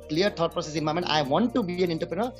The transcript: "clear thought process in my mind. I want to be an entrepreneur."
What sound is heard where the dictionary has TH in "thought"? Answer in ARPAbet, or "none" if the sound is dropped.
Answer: T